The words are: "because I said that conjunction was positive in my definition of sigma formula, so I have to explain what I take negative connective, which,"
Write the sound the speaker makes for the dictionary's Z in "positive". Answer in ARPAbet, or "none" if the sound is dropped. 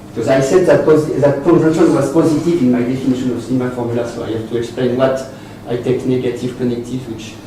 Z